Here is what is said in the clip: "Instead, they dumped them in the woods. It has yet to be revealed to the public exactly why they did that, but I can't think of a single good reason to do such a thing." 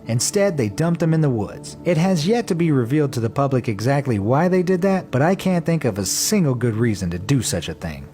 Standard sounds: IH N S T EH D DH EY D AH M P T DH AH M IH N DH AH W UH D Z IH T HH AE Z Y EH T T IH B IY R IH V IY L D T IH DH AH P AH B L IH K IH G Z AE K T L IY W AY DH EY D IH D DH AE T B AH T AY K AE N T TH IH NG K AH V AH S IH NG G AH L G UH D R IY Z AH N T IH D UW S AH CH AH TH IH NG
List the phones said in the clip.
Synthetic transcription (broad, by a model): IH N S T EH D DH EY D AH M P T DH AH M IH N DH AH W UH D Z IH T HH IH Z Y EH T T IH B IY R IH V IY L D T IH DH AH P AH B L IH K IH G Z AE K T L IY W AY DH EY D IH D DH AE T B AH T AY K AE N TH IH NG K AH V AH S IH NG G L G UH D R IY Z AH N T IH D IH S AH CH AH TH IH NG